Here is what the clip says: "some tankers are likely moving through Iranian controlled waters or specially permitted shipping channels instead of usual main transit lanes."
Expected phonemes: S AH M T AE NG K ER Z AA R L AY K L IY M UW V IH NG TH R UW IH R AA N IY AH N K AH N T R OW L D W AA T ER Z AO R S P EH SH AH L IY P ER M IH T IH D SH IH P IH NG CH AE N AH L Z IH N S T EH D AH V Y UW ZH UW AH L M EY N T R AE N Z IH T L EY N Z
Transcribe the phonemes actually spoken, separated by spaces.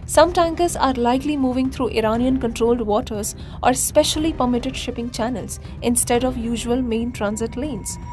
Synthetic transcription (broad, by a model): S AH M T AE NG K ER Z AA R L AY K L IY M UW V IH NG T R UW IH R AA N IY AH N K AH N T R OW L D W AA T ER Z AO R S P EH SH AH L IY P ER M IH T IH D SH IH P IH NG CH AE N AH L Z IH N S T EH D AH V Y UW ZH UW AH L M EY N T R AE N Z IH T L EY N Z